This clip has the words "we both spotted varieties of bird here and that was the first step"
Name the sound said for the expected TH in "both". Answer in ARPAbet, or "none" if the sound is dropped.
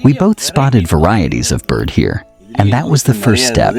TH